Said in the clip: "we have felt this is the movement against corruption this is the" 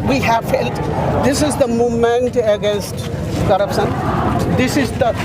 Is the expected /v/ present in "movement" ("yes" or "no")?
no